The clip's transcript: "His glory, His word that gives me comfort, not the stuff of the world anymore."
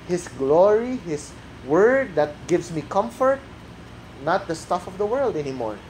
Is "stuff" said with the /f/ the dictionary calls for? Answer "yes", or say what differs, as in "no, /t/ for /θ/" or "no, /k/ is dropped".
yes